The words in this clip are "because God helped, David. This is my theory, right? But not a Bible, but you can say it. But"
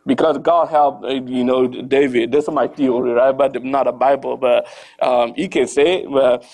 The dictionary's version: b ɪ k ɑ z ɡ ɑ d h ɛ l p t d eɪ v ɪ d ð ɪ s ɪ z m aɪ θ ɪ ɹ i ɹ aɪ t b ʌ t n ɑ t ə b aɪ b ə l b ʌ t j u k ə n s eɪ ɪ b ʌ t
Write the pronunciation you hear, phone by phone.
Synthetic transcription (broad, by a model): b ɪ k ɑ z ɡ ɑ d h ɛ l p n d eɪ v ɪ d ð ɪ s m aɪ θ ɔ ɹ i ɹ aɪ t b ʌ t n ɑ t ə b aɪ b ə l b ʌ t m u k ə n s eɪ ɪ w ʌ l